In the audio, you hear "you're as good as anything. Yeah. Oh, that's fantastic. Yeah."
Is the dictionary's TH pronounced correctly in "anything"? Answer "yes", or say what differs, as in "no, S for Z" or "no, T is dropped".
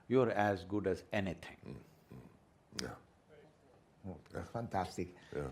no, T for TH